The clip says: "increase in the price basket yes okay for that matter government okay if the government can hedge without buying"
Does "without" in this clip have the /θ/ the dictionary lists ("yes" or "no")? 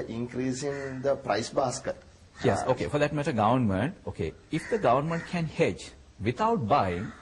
no